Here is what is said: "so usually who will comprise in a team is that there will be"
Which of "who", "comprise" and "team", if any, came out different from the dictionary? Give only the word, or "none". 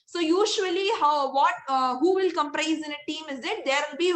none